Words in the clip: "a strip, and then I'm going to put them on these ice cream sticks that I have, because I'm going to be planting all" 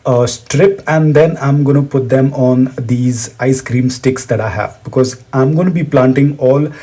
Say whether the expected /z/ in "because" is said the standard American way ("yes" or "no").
yes